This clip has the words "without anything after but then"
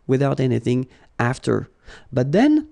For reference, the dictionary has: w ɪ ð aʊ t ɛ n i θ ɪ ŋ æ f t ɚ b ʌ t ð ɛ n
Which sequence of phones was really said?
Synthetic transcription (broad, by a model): w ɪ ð aʊ t ɛ n i θ ɪ ŋ æ f t ɚ b ʌ t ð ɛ n